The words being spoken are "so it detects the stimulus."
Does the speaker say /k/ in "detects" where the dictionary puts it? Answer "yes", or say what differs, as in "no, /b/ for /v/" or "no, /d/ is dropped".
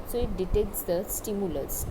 yes